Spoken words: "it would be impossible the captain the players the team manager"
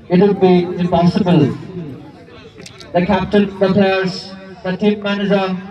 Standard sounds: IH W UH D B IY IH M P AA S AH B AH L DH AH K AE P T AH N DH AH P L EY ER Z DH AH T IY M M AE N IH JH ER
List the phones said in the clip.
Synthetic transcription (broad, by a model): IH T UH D B IY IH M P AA S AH B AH L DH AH K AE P T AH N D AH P EY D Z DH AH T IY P M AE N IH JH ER